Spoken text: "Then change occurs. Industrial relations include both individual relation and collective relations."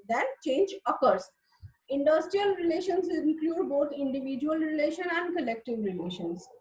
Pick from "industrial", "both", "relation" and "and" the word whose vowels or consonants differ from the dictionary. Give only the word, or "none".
both